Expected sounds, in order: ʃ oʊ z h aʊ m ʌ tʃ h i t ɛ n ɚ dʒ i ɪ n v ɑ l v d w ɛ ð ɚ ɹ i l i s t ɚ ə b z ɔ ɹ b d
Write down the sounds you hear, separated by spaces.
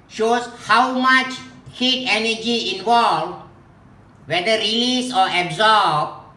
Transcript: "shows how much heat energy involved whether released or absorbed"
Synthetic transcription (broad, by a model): ʃ oʊ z h aʊ m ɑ tʃ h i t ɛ n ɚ dʒ i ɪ n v ɑ l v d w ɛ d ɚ ɹ i l i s ɔ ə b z ɔ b